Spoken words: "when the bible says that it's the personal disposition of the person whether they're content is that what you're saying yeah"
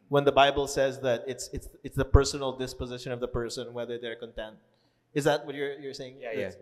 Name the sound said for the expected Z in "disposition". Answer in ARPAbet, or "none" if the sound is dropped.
Z